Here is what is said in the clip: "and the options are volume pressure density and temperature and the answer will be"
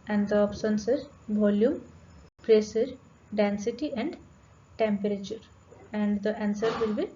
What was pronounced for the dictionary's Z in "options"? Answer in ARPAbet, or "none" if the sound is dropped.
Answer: S